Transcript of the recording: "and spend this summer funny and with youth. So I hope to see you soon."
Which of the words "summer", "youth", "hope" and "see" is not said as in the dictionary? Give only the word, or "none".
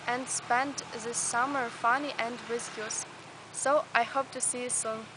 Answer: youth